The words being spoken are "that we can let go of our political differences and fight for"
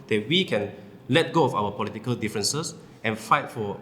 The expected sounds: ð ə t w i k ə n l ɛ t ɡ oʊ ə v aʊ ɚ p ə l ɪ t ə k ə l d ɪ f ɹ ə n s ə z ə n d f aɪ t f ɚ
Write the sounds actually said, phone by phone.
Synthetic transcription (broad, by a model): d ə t w i k ə n l ɛ t ɡ oʊ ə f aʊ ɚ p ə l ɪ t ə k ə l d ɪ f ɹ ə n s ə s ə n f aɪ t f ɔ